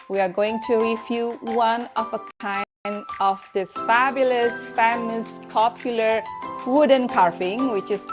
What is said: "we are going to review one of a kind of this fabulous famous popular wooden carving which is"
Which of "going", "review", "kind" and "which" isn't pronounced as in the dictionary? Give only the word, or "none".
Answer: review